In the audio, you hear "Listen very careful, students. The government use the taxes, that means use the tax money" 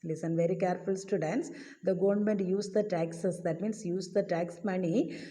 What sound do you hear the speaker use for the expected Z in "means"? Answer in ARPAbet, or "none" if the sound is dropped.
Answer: S